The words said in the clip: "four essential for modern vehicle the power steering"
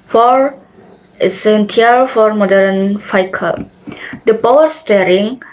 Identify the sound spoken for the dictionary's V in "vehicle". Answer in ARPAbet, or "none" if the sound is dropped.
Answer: F